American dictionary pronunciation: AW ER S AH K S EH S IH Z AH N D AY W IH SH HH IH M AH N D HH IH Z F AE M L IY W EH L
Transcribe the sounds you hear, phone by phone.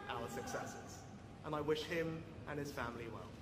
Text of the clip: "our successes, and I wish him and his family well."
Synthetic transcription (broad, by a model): AW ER S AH K S EH S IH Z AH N AY W IH SH HH IH M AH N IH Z F AE M L IY W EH L